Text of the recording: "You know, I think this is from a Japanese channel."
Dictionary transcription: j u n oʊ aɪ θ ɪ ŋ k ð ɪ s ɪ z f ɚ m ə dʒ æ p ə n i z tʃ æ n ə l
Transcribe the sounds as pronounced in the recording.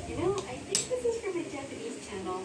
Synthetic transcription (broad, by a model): j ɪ n oʊ aɪ θ ɪ ŋ k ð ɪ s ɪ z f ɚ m ə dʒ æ ə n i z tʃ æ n l